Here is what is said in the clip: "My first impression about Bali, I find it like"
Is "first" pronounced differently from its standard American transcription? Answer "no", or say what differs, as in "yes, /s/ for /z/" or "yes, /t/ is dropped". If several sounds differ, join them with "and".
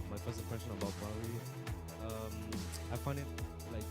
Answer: yes, /t/ is dropped